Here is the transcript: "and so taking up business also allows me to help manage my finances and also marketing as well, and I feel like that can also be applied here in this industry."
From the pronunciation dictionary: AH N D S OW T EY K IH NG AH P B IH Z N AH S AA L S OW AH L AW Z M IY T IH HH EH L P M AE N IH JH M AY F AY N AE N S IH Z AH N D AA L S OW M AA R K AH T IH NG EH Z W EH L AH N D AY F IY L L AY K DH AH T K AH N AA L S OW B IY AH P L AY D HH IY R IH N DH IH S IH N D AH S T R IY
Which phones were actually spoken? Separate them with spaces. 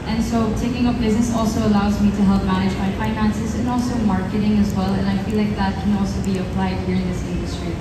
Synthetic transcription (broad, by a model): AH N S OW T EY K IH NG AH P B IH Z N AH S AA L S OW AH L AW Z M IY T IH HH EH L P M AE N IH JH M AY F AY N AE N S IH Z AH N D AA L S OW M AA R K AH T IH NG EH Z W EH L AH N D AY F IY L L AY K DH AH T K AH N AA L S OW B IY AH P L AY D HH IY R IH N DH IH S IH N D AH S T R IY